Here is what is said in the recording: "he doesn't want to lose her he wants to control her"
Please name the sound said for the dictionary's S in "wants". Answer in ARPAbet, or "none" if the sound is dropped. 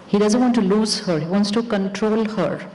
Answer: S